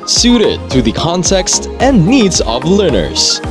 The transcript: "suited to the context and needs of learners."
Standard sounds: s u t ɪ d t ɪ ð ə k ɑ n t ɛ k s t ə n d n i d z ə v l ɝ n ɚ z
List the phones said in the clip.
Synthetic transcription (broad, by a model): s u t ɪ d t ɪ ð ə k ɑ n t ɛ k s t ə n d n i d z ə v l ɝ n ɚ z